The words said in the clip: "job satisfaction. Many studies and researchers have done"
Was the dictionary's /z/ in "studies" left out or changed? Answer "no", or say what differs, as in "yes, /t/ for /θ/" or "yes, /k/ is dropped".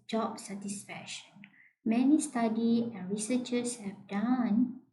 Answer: yes, /z/ is dropped